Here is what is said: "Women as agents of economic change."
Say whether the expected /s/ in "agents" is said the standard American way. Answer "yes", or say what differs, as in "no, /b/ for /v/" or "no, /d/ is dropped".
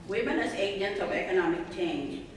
no, /s/ is dropped